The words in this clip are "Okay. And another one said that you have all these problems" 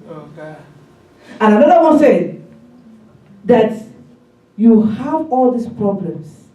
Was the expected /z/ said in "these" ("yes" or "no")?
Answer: no